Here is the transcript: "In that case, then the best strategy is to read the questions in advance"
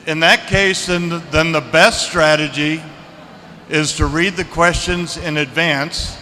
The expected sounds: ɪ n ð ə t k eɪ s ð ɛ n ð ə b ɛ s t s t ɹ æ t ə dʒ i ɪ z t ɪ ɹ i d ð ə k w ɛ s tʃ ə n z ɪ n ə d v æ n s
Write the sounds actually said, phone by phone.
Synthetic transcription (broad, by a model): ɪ n ð ə t k eɪ s ð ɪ n ð ə b ɛ s t s t ɹ æ t ə dʒ i ɪ z t ɪ ɹ i d ð ə k w ɛ s tʃ ə n z ɪ n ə d v æ n s